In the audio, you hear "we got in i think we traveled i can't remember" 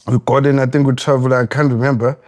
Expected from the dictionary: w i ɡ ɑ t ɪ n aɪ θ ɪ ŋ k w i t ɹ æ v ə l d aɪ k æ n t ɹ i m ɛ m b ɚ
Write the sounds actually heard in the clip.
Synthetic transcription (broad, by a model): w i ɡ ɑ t ɪ n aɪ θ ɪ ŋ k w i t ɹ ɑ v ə l aɪ k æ n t ɹ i m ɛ m b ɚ